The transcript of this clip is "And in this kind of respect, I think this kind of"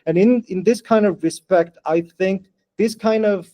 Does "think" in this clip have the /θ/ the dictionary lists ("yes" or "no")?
yes